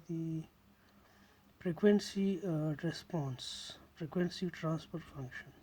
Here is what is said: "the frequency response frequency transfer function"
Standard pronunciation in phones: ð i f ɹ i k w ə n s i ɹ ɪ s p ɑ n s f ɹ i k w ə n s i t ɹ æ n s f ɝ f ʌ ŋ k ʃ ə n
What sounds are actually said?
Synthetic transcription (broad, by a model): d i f ɹ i k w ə n s i ɹ ɪ s p ɑ n s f ɹ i k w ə n s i t ɹ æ n s p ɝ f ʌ ŋ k ʃ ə n